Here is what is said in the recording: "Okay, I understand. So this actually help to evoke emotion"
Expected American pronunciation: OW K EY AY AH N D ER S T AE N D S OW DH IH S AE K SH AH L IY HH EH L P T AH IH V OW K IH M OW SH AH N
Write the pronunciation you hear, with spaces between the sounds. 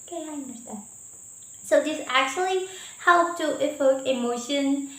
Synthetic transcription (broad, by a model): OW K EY AY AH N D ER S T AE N S OW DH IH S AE K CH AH L IY HH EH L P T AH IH F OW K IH M OW SH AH N